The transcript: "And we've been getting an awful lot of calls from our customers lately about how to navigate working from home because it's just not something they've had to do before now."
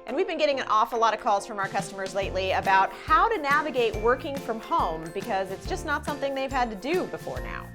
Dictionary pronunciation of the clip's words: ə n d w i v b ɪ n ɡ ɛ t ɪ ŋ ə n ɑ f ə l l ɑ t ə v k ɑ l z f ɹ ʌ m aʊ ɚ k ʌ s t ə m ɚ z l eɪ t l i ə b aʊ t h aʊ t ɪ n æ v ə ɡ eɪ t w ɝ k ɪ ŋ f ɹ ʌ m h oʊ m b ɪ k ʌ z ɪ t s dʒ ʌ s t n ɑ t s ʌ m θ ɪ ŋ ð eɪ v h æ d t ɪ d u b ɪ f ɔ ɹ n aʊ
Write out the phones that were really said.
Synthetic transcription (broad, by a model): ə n w i v b ɪ n ɡ ɛ t ɪ ŋ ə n ɑ f ə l l ɑ t ə v k ɑ l z f ɹ ʌ m aʊ ɚ k ʌ s t ə m ɚ z l eɪ t l i ə b aʊ t h aʊ t ɪ n æ v ə ɡ eɪ t w ɝ k ɪ ŋ f ɹ ʌ m h oʊ m b ɪ k ʌ z ɪ t s dʒ ʌ s t n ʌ t s ʌ m θ ɪ ŋ ð eɪ v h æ d t ɪ d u b ɪ f ɔ ɹ n aʊ